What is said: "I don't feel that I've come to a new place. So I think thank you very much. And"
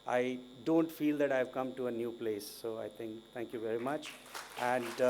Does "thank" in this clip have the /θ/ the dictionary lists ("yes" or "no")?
no